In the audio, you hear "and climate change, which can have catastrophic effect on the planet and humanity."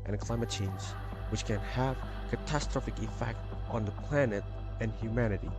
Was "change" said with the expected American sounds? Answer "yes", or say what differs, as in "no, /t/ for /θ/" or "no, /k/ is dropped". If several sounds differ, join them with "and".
no, /z/ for /dʒ/